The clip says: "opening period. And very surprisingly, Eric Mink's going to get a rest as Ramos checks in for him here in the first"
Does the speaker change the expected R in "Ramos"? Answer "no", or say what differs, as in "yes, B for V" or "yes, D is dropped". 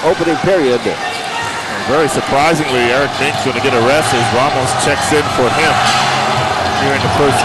yes, W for R